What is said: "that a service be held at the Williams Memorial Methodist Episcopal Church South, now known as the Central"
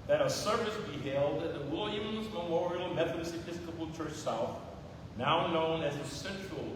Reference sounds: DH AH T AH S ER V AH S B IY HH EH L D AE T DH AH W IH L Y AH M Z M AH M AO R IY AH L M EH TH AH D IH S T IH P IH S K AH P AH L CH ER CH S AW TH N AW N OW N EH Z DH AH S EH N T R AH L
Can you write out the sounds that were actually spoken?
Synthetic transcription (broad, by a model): DH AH T AH S ER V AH S B IY HH EH L D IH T DH AH W IH L Y AH M Z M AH M AO R IY L M EH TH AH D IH S IH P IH S K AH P L CH ER CH S AW TH N AW N OW N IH Z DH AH S EH N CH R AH L